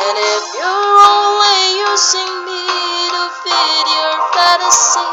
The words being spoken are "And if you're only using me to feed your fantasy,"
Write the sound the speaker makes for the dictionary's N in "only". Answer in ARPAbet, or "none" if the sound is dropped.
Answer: N